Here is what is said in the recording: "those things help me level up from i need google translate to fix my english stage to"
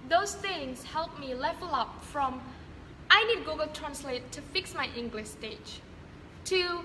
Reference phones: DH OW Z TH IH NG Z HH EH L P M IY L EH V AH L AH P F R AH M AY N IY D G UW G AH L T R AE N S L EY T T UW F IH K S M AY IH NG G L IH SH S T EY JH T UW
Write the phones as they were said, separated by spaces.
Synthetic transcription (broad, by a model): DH OW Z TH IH NG S HH EH L P M IY L EH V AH L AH P F R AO M AY N IY D G UW G AH L T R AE N S L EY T T UW F IH K S M AY IH NG G L IH SH S T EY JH T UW